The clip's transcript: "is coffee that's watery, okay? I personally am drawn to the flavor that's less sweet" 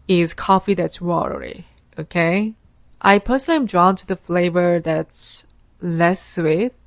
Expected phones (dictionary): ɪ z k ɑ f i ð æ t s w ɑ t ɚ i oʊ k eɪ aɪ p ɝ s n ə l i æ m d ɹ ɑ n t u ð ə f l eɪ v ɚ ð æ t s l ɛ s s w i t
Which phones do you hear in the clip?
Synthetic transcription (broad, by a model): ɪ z k ɑ f i ð æ t s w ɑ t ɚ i oʊ k eɪ aɪ p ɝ s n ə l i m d ɹ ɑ n t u ð ə f l eɪ v ɚ ð æ t s l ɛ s s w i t